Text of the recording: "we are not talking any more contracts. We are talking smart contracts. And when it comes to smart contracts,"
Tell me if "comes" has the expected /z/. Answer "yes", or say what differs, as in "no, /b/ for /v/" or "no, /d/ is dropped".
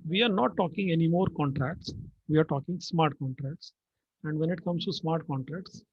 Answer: no, /s/ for /z/